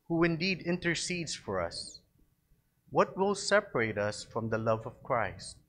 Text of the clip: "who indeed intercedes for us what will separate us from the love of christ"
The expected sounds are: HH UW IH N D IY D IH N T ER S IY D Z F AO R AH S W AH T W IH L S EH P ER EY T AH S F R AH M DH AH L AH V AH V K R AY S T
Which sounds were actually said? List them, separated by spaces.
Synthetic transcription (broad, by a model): HH UW IH N D IY D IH N T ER S IY D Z F AO R AH S W AH T W IH L S EH P ER EY T AH S F R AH M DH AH L AH V AH V K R AY S T